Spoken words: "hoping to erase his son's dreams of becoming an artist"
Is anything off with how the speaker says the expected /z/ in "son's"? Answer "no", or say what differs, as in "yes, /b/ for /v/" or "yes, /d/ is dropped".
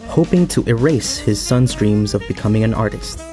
no